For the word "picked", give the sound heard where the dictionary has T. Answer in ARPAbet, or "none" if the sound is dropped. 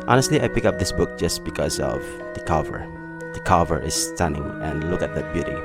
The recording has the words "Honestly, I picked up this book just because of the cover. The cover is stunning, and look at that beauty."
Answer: none